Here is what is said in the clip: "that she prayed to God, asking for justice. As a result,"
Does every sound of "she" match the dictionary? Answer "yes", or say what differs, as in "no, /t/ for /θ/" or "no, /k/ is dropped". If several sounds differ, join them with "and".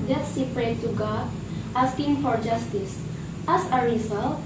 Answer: no, /s/ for /ʃ/